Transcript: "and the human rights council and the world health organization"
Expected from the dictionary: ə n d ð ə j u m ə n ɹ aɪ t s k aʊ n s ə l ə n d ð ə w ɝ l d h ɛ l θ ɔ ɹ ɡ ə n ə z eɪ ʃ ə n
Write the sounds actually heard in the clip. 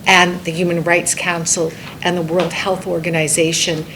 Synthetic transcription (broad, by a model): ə n ð ə j u m ə n ɹ aɪ t s k aʊ n s l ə n ð ə w ɝ l d h ɛ l θ ɔ ɹ ɡ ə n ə z eɪ ʃ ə n